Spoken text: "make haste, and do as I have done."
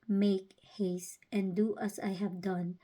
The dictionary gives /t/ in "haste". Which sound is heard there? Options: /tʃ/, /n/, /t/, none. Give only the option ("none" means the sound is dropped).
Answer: /t/